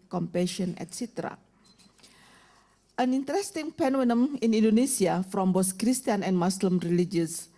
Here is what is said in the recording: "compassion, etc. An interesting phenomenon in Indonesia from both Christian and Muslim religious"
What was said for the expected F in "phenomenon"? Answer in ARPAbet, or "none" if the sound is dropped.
P